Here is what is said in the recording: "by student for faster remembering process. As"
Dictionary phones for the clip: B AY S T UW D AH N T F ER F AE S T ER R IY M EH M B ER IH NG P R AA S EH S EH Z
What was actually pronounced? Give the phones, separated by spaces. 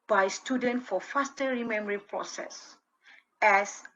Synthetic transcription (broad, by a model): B AY S T UW D AH N T F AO F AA S T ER R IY M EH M ER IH P R AA S EH S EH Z